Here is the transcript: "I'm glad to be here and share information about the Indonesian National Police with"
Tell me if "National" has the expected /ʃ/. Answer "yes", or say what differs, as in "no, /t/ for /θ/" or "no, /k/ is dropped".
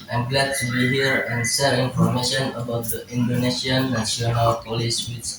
no, /s/ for /ʃ/